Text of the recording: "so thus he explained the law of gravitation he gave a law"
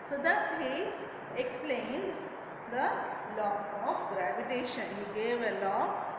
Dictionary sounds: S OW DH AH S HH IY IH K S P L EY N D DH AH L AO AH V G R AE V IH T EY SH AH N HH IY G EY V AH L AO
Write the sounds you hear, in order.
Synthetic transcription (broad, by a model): S OW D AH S HH IY IH K S P L EY N D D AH L AO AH F G R AE V IH T EY SH AH N HH IY G EY V AH L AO